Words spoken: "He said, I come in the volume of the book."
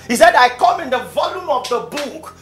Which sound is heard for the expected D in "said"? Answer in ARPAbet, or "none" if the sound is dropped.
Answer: D